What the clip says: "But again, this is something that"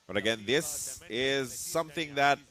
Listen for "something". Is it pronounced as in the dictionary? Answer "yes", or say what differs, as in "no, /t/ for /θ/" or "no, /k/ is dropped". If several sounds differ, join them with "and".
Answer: yes